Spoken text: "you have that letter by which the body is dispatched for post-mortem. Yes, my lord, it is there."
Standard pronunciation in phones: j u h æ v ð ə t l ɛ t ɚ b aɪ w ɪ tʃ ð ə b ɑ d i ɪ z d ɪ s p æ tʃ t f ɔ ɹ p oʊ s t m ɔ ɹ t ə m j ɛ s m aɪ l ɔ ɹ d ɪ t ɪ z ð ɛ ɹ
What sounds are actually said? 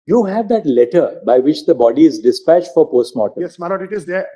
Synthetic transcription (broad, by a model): j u h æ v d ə t l ɛ t ɚ b aɪ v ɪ tʃ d ə b ɑ d i ɪ z d ɪ s p æ tʃ t f ɔ ɹ p oʊ s t m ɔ t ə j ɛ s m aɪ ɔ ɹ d ɪ t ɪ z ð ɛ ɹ